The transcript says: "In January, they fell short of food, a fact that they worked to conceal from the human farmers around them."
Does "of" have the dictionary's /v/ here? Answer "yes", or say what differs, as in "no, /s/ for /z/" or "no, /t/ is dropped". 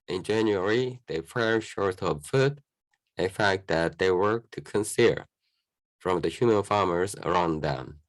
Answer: no, /b/ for /v/